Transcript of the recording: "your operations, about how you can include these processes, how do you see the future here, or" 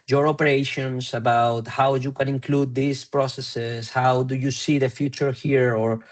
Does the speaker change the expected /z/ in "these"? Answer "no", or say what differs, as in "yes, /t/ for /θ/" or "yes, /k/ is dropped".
yes, /s/ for /z/